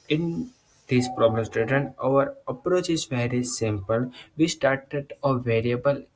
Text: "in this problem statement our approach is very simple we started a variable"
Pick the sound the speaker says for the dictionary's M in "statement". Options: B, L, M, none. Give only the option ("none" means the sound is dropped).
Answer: none